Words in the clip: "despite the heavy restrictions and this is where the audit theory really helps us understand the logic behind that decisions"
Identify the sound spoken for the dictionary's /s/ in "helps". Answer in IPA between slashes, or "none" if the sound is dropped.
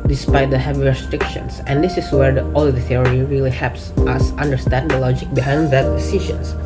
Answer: /s/